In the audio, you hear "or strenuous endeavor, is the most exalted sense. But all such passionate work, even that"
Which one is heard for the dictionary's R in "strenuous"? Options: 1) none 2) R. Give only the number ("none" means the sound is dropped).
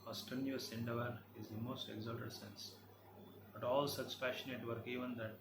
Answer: 1